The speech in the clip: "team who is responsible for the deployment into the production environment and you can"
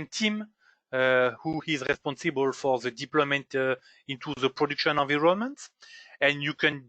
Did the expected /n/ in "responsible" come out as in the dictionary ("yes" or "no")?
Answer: yes